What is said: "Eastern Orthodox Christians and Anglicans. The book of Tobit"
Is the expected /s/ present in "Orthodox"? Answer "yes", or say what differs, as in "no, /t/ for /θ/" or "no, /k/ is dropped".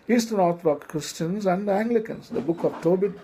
no, /s/ is dropped